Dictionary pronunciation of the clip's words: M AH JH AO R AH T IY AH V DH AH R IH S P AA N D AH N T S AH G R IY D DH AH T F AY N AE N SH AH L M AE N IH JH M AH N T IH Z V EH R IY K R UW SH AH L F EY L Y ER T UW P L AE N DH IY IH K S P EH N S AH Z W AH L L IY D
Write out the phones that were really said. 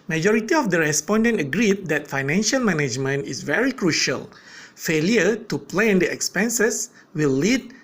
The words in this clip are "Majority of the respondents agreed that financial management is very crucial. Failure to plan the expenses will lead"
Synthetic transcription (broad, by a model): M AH JH AO R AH T IY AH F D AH R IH S P AA N D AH N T AH G R IY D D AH T F AY N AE N SH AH L M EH N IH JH M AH N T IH S V EH R IY K R UW SH AH L F EY L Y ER T UW P L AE N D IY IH K S P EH N S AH S W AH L L IY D